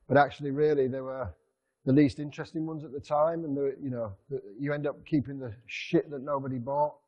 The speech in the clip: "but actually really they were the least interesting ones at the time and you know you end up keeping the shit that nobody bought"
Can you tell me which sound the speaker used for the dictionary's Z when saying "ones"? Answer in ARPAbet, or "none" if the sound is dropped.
Z